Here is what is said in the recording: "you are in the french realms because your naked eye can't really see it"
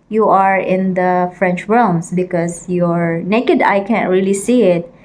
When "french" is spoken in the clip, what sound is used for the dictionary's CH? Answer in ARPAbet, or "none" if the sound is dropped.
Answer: CH